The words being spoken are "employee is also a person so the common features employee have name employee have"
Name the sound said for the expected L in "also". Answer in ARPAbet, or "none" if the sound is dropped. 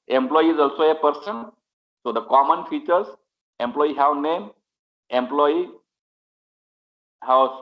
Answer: L